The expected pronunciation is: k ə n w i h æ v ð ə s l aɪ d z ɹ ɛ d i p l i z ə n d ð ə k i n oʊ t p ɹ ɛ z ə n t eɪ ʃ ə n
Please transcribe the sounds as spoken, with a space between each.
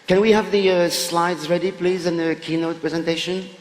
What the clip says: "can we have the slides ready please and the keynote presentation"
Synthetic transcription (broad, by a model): k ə n w i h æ v ð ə s l aɪ d z ɹ ɛ d i p l i z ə n ð ə k i n oʊ t p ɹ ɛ z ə n t eɪ ʃ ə n